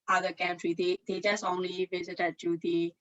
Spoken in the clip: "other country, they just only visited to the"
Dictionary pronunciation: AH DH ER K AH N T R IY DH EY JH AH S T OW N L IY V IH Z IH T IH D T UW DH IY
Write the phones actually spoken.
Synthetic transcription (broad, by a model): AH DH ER K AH N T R IY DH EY JH AH S T OW N L IY V IH Z IH T IH D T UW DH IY